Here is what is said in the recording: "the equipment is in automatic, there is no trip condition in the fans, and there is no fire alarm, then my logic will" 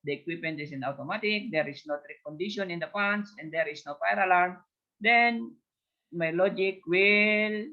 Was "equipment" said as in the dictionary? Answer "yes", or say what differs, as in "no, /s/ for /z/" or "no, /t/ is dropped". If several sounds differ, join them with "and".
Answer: no, /m/ is dropped